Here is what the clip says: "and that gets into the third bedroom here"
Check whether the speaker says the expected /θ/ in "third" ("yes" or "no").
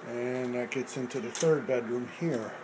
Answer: yes